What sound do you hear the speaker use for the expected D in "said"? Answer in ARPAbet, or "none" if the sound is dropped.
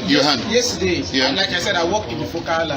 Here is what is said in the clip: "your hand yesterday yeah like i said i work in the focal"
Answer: D